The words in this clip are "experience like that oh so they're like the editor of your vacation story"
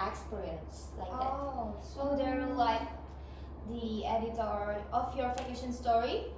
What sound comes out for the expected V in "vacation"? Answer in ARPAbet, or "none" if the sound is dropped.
F